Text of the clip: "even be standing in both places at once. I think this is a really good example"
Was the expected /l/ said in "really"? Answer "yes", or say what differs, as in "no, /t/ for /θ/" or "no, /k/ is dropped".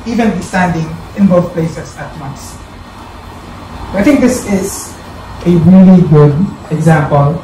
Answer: yes